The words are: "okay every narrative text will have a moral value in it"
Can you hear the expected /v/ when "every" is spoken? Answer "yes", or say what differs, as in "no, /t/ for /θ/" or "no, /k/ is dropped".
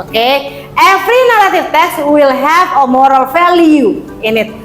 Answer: no, /f/ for /v/